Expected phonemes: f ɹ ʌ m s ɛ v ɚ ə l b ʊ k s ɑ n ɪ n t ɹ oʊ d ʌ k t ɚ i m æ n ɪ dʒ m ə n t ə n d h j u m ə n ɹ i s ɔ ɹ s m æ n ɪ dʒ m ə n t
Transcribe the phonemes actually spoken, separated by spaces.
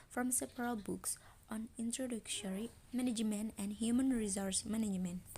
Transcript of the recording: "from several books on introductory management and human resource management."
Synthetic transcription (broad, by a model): f ɹ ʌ m s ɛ p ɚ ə l b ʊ k s ɑ n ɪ n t ɹ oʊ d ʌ k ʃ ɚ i m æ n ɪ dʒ m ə n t ə n d h j u m ə n ɹ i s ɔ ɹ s m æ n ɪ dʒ m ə n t